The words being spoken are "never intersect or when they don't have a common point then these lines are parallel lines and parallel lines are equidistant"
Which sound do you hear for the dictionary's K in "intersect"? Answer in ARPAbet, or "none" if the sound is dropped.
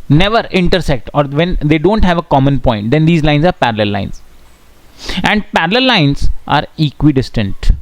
K